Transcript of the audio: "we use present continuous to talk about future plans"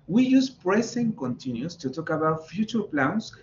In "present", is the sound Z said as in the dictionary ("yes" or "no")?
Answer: no